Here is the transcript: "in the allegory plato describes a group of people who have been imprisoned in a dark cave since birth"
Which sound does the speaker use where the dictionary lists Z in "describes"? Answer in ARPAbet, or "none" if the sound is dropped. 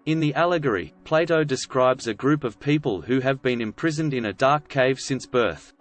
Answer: Z